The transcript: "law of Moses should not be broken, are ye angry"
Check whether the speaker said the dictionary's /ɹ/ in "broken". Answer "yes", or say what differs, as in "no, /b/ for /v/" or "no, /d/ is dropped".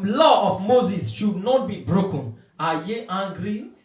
yes